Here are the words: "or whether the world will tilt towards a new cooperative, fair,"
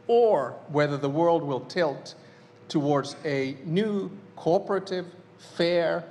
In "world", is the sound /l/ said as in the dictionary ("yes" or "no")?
yes